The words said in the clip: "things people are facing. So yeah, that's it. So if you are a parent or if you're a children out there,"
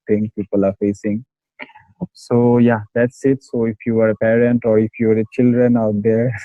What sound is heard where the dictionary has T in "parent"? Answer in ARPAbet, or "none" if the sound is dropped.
T